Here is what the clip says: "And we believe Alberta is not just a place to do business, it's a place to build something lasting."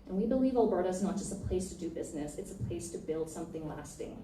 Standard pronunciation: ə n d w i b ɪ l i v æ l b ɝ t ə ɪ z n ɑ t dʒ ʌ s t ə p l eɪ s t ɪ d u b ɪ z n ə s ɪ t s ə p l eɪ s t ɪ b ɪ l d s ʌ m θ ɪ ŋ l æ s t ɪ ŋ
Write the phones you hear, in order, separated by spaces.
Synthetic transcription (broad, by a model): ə n w i b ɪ l i v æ l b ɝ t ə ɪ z n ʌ t dʒ ʌ s t ə p l eɪ s t ɪ d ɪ b ɪ z n ə s ɪ t s ə p l eɪ s t ɪ b ɪ l d s ʌ m θ ɪ ŋ l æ s t ɪ ŋ